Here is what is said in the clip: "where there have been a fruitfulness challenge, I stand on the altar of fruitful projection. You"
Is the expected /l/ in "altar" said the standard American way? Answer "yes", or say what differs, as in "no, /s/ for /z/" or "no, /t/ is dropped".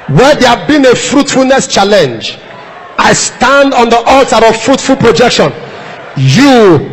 yes